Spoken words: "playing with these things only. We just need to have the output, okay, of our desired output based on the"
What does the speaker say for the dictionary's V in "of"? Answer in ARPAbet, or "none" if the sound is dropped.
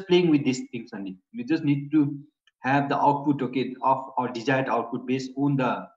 F